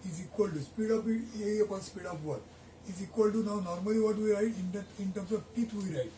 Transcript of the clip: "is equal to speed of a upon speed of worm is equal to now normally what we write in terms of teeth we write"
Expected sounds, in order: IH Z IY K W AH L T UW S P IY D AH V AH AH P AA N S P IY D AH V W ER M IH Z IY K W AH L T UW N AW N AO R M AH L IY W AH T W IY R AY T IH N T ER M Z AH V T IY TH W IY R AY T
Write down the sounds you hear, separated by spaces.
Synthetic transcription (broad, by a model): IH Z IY K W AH L T UW S P IY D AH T AH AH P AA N S P IY D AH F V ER IH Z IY K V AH L T UW N AW N AO R M AH L IY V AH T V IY R AY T IH N T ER M S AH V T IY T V IY R AY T